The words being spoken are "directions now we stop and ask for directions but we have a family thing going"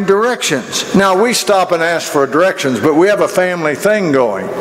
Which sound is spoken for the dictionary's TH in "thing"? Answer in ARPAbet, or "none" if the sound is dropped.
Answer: TH